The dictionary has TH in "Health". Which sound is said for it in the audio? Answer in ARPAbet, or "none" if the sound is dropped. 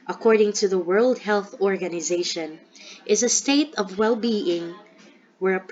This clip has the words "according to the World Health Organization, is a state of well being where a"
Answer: TH